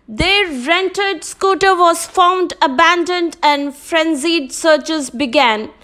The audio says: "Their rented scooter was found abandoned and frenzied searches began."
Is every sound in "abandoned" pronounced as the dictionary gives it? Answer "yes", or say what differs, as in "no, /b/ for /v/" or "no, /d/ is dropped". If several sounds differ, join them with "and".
yes